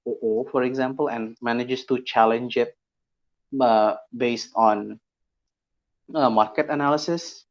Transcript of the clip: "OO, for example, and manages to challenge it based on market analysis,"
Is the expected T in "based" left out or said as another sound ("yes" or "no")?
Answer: no